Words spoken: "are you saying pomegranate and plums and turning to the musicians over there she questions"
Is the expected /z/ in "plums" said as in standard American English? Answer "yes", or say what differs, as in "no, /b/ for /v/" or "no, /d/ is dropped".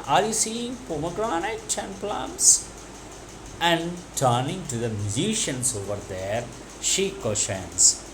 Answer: no, /s/ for /z/